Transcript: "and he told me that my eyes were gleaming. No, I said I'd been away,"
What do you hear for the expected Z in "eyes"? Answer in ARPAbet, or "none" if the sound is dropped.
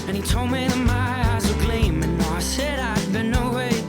Z